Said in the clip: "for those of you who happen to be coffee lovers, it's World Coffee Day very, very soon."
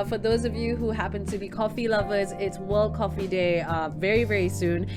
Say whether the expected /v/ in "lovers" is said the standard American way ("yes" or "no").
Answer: yes